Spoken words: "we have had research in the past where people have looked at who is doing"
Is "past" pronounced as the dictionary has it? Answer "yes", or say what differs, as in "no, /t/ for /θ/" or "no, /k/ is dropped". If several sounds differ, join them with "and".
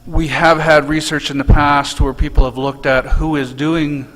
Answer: yes